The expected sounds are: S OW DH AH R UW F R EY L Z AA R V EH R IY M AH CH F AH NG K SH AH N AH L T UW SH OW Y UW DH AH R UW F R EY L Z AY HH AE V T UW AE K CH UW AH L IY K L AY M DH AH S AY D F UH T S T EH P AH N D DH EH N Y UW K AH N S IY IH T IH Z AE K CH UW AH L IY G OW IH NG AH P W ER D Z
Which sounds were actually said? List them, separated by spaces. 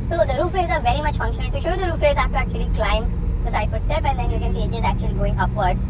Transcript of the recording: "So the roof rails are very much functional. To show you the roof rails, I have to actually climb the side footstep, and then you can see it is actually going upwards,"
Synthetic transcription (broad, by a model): S OW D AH R UW F R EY Z AA R V EH R IY M AH CH F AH NG K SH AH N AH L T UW SH OW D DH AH R UW F R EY Z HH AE F T UW AE K CH UW AH L IY K L AY M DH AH S AY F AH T S T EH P AH N D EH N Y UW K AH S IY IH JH IH Z AE K CH UW AH L IY G OW IH NG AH P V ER D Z